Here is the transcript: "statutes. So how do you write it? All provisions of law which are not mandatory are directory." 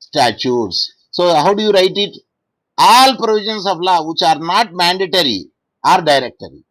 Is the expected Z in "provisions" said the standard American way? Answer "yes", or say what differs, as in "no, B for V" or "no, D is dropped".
no, S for Z